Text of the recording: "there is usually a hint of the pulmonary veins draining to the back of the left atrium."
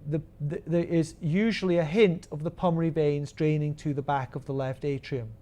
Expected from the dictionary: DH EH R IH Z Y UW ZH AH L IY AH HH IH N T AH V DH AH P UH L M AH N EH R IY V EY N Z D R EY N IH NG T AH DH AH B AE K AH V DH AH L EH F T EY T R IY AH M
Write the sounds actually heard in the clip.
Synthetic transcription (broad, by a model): DH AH R IH Z Y UW ZH AH L IY AH HH IH N T AH V DH AH P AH M AH R IY V EY N Z D R EY N IH NG T AH DH AH B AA K AH V DH AH L EH F T EY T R IY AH M